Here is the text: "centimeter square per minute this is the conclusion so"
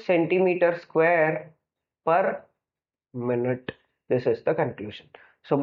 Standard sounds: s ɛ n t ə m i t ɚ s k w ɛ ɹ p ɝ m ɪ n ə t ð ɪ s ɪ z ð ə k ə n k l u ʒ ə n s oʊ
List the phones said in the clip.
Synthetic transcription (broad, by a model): s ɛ n t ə m i t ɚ s k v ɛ ɹ p ɝ m ɪ n ə t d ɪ s ɪ z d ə k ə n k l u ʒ ə n s oʊ